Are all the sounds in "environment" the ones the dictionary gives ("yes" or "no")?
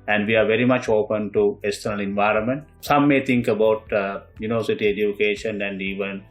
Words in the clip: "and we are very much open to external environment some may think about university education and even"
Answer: yes